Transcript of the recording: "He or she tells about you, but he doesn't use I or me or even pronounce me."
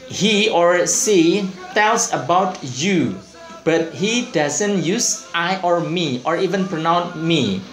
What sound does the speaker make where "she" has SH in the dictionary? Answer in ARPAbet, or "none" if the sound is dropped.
S